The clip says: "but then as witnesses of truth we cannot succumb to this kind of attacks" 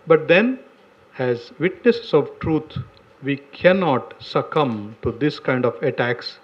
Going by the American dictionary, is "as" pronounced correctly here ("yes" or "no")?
yes